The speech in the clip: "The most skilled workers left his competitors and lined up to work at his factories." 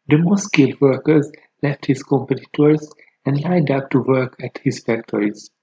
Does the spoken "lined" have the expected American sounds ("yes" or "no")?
no